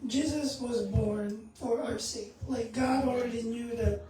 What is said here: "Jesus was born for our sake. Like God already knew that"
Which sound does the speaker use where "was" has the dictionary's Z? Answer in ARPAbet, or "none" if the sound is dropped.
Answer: Z